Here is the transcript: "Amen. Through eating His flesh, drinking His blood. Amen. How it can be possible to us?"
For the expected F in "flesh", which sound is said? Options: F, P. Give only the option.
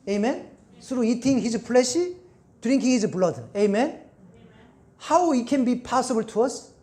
P